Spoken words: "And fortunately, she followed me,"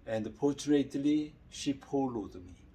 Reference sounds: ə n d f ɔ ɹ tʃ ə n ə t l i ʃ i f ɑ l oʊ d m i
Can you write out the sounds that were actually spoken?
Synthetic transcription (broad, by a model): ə n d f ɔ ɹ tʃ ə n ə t l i ʃ i p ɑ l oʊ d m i